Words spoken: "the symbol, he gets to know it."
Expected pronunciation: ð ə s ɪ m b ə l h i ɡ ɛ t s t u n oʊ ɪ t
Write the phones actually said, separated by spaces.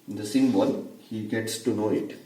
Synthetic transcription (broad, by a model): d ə s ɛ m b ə n h i ɡ ɛ t s t u n oʊ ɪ t